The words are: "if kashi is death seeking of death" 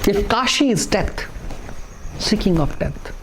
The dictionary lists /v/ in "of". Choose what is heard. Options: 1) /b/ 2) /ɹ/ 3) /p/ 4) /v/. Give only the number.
3